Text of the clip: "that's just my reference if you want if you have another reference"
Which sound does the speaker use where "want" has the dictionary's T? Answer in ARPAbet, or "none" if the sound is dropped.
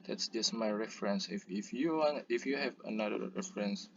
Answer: none